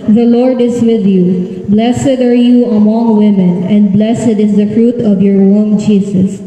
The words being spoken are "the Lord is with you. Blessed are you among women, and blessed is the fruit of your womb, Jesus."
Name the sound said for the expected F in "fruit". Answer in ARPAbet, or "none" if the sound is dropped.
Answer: F